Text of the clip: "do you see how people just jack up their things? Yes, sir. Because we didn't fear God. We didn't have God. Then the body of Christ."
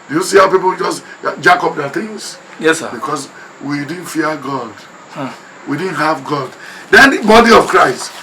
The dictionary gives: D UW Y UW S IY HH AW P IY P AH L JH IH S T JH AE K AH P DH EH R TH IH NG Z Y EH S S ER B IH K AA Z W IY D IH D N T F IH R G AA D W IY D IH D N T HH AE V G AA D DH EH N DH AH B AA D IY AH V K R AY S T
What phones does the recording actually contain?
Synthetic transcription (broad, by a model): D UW Y UW S IY HH AW P IY P AH L JH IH S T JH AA K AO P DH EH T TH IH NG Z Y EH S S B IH K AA S W IY D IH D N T F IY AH G AA D W IY D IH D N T HH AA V G AA D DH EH N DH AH B AA D IY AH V K R AY S T